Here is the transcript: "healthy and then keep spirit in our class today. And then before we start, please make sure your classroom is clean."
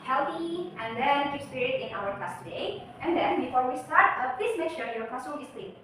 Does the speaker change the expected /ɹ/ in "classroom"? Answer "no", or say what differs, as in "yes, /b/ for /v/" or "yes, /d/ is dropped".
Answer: yes, /ɹ/ is dropped